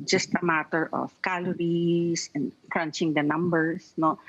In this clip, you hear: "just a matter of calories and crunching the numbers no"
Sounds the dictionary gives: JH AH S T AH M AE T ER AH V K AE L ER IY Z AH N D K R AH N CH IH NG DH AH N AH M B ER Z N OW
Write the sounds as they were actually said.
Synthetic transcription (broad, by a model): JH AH S T AH M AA T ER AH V K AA L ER IY S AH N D K R AH N CH IH NG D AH N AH M B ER S N OW